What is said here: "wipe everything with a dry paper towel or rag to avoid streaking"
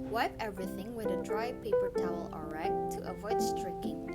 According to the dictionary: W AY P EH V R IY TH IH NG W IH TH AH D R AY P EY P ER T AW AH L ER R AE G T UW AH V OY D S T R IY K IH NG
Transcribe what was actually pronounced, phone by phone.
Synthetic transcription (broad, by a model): W AY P EH V R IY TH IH NG W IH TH AH D R AY P EY P ER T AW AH L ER R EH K T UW AH V OY D S T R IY K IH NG